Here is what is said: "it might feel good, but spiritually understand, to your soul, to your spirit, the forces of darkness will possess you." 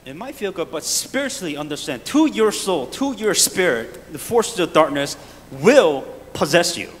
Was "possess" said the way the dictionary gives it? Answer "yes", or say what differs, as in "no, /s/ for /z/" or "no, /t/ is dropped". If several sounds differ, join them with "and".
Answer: yes